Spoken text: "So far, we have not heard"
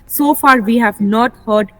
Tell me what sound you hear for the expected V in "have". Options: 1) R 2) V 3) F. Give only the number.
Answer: 2